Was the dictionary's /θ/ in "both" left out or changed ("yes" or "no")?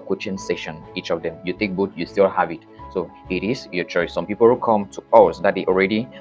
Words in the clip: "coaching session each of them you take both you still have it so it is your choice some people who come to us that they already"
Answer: yes